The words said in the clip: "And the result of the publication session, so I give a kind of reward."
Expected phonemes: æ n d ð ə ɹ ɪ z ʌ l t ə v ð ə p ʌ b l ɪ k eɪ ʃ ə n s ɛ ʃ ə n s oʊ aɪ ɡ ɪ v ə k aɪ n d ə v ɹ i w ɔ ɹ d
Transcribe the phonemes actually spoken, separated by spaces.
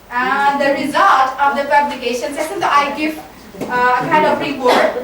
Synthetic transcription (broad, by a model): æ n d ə ɹ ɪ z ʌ l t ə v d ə p ʌ b l ɪ k eɪ ʃ ə n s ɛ s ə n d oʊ aɪ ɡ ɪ f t k aɪ n d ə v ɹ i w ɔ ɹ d